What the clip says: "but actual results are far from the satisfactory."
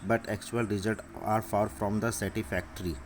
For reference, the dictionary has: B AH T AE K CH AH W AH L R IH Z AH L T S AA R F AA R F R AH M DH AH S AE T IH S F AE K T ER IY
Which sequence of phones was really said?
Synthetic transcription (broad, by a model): B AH T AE K CH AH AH L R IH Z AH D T AA R F AA R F R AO M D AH S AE T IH F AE K T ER IY